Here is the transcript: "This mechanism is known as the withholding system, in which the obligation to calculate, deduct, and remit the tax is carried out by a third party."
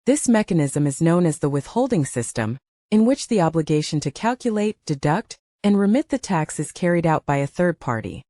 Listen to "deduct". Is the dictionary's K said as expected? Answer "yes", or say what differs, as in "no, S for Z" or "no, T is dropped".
yes